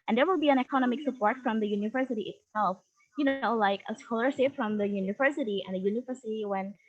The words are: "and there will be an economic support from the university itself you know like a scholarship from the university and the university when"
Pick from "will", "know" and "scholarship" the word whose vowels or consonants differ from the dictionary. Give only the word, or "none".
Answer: scholarship